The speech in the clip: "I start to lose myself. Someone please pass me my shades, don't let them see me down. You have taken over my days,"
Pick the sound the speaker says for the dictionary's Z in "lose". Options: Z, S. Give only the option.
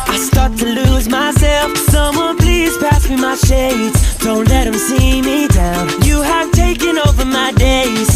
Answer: Z